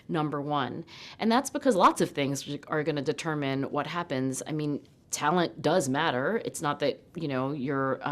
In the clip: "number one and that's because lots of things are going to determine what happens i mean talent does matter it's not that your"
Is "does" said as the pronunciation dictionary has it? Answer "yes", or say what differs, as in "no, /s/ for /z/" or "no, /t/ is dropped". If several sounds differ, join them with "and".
yes